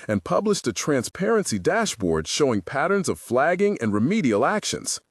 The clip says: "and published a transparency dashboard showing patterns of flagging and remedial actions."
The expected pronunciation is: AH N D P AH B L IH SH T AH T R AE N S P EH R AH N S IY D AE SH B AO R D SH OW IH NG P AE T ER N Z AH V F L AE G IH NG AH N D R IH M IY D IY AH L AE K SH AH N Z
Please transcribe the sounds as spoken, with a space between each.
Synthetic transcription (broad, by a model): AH N P AH B L IH SH T AH T R AE N S P EH R AH N S IY D AE SH B AO R D SH OW IH NG P AE T ER N Z AH V F L AE G IH NG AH N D R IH M IY D IY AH L AE K SH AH N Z